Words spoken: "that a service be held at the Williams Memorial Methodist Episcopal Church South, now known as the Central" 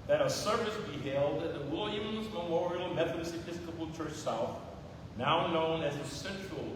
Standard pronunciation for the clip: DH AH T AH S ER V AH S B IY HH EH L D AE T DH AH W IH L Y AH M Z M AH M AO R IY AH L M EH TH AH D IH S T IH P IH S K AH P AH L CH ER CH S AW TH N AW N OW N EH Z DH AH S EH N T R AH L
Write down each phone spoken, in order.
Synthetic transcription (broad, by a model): DH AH T AH S ER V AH S B IY HH EH L D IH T DH AH W IH L Y AH M Z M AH M AO R IY L M EH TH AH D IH S IH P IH S K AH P L CH ER CH S AW TH N AW N OW N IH Z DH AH S EH N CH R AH L